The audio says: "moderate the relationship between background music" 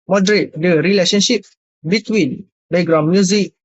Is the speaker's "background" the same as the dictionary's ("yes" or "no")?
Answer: no